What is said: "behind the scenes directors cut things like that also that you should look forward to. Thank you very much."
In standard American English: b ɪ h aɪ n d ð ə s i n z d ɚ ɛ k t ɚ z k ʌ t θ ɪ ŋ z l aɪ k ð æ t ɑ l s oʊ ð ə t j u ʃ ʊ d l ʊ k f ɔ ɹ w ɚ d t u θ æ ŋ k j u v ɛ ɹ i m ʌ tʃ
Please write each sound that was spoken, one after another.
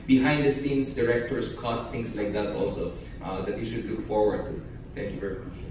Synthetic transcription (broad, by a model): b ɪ h aɪ n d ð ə s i n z d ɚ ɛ k t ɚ s k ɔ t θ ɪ ŋ s l aɪ k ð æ t ɑ l s oʊ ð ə t j u ʃ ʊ d l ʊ k f ɔ ɹ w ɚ d t u t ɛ ŋ k j u v ɛ ɹ i m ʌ tʃ